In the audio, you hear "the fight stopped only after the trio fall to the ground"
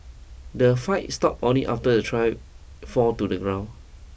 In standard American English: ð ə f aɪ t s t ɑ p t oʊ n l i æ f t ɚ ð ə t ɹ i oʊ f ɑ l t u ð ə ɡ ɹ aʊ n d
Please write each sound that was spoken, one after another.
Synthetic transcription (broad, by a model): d ə f aɪ t s t ɑ p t oʊ n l i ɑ f t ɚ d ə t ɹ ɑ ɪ f ɑ t u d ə ɡ ɹ aʊ n